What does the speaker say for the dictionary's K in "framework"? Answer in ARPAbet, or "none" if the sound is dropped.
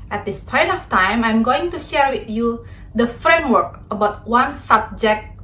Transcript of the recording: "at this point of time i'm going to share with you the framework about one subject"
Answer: K